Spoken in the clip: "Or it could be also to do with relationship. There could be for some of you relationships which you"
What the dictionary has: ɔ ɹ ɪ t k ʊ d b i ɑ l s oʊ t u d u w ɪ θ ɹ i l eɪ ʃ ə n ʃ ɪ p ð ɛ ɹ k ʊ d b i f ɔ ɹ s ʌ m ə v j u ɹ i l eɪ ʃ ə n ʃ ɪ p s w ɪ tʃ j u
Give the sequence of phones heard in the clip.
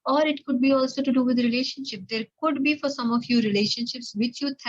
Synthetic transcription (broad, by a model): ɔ ɹ ɪ t k ʊ d b i ɑ l s oʊ t u d u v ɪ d ɹ i l eɪ ʃ ə n ʃ ɪ p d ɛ ɹ k ʊ d b i f ɔ ɹ s ʌ m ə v j u ɹ i l eɪ ʃ ə n ʃ ɪ p s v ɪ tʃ j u